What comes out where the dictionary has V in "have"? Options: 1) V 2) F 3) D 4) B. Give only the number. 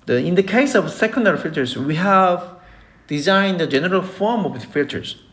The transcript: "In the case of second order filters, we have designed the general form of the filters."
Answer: 1